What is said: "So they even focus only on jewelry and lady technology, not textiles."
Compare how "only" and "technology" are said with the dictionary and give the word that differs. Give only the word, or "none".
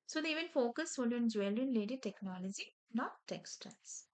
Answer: only